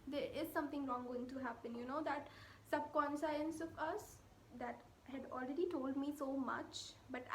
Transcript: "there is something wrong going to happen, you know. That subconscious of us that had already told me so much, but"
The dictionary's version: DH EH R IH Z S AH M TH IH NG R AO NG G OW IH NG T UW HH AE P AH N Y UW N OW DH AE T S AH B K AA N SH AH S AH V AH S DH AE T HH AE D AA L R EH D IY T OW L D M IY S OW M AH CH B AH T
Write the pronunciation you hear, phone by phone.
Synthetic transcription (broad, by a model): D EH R IH Z S AH M T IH NG R AO NG G OW IH NG T UW HH AE P AH N Y UW N OW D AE T S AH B K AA N S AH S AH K AH S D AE T HH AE D AA L R EH D IY T OW L D M IY S OW M AH CH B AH T